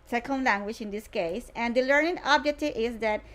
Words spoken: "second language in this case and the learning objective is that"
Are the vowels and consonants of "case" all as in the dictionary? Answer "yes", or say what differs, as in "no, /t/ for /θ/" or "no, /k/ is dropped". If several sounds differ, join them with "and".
yes